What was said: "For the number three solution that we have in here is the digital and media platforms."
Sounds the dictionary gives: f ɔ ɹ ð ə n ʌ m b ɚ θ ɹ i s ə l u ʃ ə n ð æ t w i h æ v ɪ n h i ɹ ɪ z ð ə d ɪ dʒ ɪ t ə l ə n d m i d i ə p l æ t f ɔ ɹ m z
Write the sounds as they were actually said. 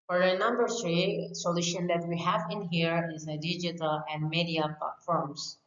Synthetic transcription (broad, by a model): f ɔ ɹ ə n ʌ m b ɚ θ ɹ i s ə l u ʃ ə n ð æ t w i h æ v ɪ n h i ɹ ɪ z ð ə d ɪ dʒ ɪ t ə l ə n d m i d i ə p l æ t f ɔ ɹ m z